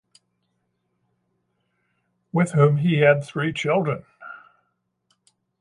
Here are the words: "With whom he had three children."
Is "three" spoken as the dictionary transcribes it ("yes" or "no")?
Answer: yes